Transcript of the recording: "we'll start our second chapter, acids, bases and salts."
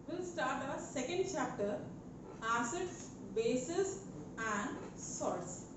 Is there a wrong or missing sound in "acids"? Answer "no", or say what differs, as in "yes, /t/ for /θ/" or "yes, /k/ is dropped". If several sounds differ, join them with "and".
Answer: yes, /z/ is dropped